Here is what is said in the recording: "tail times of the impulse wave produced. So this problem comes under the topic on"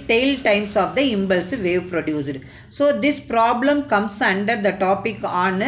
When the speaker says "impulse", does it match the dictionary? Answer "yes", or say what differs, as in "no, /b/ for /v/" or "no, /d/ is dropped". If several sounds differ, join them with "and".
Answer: no, /b/ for /p/